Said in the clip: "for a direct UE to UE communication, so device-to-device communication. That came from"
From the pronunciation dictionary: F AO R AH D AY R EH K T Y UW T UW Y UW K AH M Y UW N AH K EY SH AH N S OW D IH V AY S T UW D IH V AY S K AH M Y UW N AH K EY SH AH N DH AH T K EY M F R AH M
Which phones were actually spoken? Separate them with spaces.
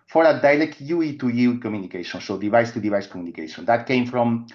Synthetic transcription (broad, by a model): F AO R AH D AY L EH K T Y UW T UW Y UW K AH M Y UW N AH K EY SH AH N S OW D IH V AY S T UW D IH V AY S K AH M Y UW N AH K EY SH AH N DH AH T K EY M F R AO M